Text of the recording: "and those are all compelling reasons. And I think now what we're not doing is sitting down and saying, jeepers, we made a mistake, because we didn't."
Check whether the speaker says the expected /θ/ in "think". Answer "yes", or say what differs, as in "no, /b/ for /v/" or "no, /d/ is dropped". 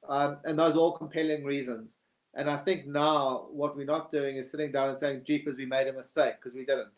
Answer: yes